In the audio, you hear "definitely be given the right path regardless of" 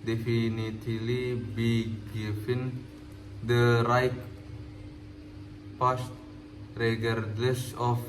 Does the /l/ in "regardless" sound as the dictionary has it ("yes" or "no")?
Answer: no